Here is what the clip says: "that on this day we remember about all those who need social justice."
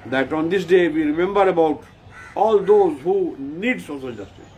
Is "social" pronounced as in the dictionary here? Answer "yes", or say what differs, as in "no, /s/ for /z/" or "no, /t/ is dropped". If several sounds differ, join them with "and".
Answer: no, /s/ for /ʃ/